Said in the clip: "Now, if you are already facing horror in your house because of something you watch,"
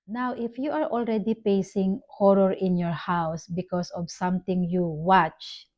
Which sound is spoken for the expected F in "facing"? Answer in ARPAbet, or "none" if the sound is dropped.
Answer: P